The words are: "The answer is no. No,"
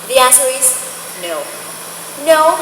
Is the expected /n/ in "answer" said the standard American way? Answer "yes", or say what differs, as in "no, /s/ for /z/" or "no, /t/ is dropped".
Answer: no, /n/ is dropped